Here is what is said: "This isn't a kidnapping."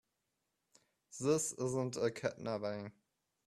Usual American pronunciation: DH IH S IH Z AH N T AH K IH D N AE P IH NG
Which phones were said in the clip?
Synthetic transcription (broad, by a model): DH IH S IH Z AH N T AH K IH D N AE B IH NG